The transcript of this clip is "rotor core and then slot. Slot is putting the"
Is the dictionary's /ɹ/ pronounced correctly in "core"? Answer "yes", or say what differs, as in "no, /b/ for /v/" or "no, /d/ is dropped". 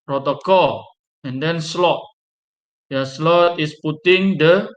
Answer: no, /l/ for /ɹ/